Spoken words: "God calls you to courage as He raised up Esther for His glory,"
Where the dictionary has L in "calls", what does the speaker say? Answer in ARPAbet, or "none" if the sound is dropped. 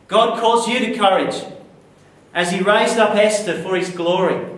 none